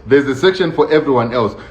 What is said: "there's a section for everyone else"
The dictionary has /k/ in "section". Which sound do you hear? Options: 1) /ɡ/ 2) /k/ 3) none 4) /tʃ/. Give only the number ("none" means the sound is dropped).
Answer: 2